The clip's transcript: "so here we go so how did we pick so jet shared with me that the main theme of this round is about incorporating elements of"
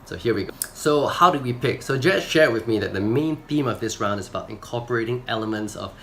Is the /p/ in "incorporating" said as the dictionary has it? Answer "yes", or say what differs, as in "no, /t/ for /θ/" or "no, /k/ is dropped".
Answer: yes